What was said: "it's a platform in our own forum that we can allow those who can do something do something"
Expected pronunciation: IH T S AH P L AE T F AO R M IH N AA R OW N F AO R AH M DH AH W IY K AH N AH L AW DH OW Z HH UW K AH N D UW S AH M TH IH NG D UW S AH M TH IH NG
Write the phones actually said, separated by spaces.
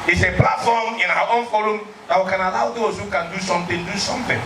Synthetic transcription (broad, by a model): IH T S AH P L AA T F AO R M IH N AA W OW N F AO L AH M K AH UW K AH N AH L AW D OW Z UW K AH N D UW S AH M T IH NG D UW S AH M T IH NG